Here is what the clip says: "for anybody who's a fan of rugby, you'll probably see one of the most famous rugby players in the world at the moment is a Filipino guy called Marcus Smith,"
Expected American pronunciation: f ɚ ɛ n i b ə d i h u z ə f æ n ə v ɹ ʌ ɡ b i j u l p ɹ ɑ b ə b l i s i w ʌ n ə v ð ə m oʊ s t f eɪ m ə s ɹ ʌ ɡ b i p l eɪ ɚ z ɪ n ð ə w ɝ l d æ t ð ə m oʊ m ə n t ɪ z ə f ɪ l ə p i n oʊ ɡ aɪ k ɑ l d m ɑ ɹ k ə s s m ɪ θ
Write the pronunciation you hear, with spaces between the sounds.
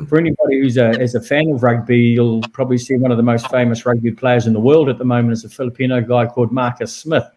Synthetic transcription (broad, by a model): f ɚ ɛ n i b ə d i h u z ə f æ n ə v ɹ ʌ ɡ b i j u l p ɹ ɑ b ə b l i s i w ʌ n ə v ð ə m oʊ s t f eɪ m ə s ɹ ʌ ɡ b i p l eɪ ɚ z ɪ n ð ə w ɝ l d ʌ t ð ə m oʊ m ə n t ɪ s ə f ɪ l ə p i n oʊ ɡ aɪ k ɑ l d m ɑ ɹ k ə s s m ɪ θ